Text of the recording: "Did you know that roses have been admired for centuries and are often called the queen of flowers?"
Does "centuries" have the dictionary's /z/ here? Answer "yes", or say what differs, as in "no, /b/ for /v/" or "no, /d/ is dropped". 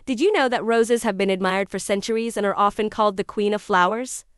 yes